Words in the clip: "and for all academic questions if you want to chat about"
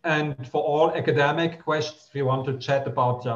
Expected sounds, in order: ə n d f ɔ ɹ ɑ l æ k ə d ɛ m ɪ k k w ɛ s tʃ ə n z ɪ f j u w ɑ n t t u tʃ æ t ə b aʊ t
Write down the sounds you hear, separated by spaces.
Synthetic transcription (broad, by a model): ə n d f ɔ ɹ ɑ l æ k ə d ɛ m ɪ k k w ɛ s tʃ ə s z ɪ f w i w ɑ n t t u tʃ æ t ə b aʊ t